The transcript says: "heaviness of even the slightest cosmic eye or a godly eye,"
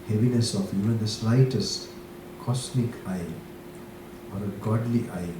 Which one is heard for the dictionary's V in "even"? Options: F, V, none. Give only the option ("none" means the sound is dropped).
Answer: none